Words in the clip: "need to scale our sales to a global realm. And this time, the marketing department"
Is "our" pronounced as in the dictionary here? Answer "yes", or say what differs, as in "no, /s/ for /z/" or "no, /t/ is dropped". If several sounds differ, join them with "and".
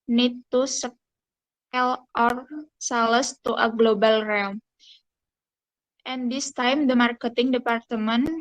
yes